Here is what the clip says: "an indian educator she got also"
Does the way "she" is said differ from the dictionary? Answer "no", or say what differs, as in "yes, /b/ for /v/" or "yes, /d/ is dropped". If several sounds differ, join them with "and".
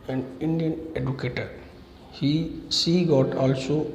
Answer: yes, /s/ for /ʃ/